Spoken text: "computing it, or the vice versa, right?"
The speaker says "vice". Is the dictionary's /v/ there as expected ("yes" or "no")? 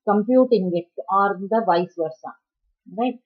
yes